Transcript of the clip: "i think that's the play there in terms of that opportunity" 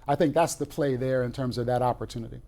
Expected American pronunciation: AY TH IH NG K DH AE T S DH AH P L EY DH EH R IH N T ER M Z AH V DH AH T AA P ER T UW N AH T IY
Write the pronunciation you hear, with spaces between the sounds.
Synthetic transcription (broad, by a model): AY TH IH NG K DH AE T S DH AH P L EY DH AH R IH N T ER M Z AH V DH AH T AA P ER T UW N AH T IY